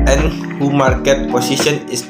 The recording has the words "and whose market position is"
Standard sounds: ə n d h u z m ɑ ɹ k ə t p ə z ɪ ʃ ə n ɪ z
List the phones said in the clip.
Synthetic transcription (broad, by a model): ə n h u m ɑ ɹ k ə t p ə s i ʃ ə n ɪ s